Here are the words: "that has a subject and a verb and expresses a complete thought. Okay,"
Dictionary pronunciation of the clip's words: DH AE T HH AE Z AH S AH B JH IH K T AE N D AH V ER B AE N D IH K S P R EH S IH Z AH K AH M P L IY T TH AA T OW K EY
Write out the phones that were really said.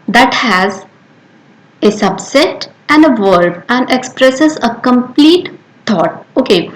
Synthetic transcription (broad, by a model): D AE T HH AE Z AH S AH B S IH T AE N D AH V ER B AE N D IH K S P R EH S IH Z AH K AH M P L IY T T AA T OW K EY